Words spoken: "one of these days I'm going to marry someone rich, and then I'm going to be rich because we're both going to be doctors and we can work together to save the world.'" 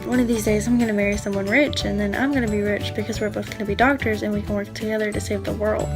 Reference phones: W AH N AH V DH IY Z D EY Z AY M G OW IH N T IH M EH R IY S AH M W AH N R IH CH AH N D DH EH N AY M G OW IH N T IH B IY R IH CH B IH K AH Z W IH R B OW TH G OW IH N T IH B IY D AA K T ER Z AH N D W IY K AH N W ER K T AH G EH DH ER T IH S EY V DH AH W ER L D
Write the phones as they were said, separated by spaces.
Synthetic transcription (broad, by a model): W AH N AH V DH IY Z D EY Z AY M G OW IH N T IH M EH R IY S AH M W AH N R IH CH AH N DH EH N AY M G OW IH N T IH B IY R IH CH B IH K AH Z W IH R B OW TH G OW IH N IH B IY D AA K T ER Z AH N W IY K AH N W ER K T AH G EH DH ER T IH S EY V DH AH W ER L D